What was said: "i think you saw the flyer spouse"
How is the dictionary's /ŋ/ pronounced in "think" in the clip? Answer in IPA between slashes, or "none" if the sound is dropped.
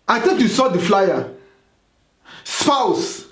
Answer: none